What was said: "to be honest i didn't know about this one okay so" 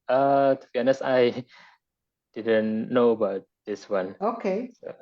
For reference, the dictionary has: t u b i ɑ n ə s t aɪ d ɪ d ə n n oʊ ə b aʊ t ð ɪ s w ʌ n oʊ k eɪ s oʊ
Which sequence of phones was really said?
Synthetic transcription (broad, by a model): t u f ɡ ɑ n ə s aɪ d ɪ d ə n n oʊ ə b aʊ t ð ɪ s w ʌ n oʊ k eɪ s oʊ